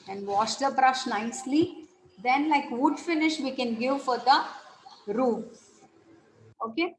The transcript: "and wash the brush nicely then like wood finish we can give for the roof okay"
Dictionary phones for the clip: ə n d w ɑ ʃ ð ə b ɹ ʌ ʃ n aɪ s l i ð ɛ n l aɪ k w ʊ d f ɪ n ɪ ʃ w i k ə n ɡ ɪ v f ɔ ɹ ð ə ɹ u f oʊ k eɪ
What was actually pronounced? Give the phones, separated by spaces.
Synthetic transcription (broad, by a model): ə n d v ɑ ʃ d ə b ɹ ʌ ʃ n aɪ s l i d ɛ n l aɪ k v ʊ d f ɪ n ɪ ʃ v i k ə n ɡ ɪ v f ɔ ɹ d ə ɹ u oʊ k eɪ